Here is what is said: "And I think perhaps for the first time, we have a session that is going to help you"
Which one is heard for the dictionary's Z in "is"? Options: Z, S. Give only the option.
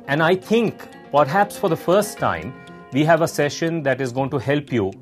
Z